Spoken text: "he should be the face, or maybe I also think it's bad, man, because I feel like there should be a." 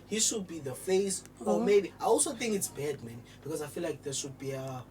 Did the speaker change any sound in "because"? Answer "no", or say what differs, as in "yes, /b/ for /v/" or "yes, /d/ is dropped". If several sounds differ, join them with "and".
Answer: no